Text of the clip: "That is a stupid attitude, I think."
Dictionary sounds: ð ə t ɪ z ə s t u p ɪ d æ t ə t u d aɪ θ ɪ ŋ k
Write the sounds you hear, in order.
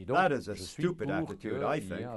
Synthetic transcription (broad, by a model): ð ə t ɪ z ə s t u p ɪ d æ t ə t u d aɪ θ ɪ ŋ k